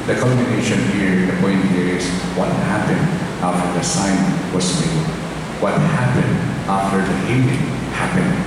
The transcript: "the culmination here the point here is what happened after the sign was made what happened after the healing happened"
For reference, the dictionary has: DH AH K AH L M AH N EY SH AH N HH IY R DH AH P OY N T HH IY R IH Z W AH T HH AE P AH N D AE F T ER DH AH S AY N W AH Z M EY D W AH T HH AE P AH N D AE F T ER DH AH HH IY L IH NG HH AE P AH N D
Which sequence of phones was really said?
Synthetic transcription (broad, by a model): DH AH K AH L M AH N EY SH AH N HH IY R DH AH P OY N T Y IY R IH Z W AH T HH AE P AH N D AE F T ER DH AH S AY N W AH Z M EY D W AH T HH AE P AH N D AE F T ER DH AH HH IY N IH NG HH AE P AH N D